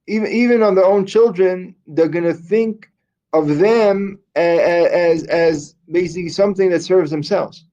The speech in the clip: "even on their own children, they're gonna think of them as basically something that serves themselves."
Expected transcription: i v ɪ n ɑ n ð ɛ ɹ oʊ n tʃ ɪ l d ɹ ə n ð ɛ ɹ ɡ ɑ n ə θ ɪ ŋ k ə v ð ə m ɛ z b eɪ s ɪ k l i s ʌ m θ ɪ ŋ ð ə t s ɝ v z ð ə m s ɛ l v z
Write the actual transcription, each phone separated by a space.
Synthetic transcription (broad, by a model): i v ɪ n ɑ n ð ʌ ɹ oʊ n tʃ ɪ l d ɹ ə n ð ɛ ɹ ɡ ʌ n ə θ ɪ ŋ k ə v ð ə m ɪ z b eɪ s ɪ k l i s ʌ m θ ɪ ŋ ð ə t s ɝ v z ð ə m s ɛ l v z